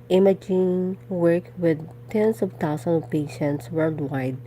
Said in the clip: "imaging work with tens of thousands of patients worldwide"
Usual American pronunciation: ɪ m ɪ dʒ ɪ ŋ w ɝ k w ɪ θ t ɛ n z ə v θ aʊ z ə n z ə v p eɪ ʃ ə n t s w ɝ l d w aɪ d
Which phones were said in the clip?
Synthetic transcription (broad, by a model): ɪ m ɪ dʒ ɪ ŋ w ɝ k w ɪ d t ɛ n s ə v t aʊ s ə n ə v p eɪ ʃ ə n t s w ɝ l d w aɪ d